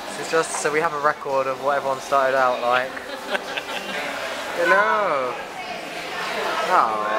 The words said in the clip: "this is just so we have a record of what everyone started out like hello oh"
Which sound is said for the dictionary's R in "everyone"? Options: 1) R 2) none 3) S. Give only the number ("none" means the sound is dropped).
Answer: 2